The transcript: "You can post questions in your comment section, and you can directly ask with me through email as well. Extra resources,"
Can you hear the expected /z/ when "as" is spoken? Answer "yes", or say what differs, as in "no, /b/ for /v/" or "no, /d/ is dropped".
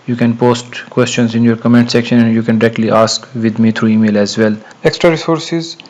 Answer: yes